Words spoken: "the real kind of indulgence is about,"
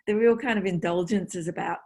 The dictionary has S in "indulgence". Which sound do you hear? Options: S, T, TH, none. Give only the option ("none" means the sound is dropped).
S